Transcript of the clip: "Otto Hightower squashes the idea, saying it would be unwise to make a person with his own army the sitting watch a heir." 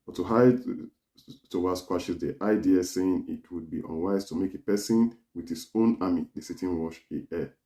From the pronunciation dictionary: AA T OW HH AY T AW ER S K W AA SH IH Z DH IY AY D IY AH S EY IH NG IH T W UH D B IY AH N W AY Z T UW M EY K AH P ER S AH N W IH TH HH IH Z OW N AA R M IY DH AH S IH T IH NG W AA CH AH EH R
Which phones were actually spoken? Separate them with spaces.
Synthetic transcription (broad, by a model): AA T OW HH AY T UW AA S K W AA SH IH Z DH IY AY D IY AH S EY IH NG IH T W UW D B IY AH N W AY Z T UW M EY K AH P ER S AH N W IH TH HH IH S OW N AA M IY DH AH S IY T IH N W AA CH AH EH